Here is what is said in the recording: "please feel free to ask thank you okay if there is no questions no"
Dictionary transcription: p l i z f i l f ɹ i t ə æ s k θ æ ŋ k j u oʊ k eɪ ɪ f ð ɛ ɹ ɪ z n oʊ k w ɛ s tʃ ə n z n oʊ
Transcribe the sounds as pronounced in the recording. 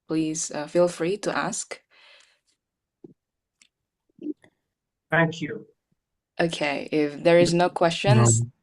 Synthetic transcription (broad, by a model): p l i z f i l f ɹ i t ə æ s k θ æ ŋ k j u oʊ k eɪ ɪ f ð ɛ ɹ ɪ z n oʊ k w ɛ s tʃ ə n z